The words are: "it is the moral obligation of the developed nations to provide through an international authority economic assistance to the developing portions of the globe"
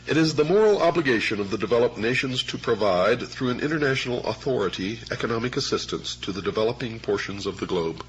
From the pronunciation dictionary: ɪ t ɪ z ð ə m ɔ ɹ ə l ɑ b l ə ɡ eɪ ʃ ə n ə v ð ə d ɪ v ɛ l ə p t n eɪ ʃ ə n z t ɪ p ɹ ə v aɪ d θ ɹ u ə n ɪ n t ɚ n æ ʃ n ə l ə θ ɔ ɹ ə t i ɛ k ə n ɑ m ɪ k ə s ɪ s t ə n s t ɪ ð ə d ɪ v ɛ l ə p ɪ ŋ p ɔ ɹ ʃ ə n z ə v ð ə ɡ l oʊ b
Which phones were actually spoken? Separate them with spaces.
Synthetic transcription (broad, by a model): ɪ t ɪ z ð ə m ɔ ɹ l ɑ b l ə ɡ eɪ ʃ ə n ə v ð ə d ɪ v ɛ l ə p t n eɪ ʃ ə n z t ɪ p ɹ ə v aɪ d θ ɹ u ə n ɪ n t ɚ n æ ʃ n l ə θ ɔ ɹ ə t i ɛ k ə n ɑ m ɪ k ə s ɪ s t ə n s t ɪ ð ə d ɪ v ɛ l ə p ɪ ŋ p ɔ ɹ ʃ ə n z ə v ð ə ɡ l oʊ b